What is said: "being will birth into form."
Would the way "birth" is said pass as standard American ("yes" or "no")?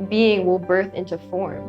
yes